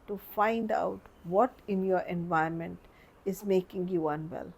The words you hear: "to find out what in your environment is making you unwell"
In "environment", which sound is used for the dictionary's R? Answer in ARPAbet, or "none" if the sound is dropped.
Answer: none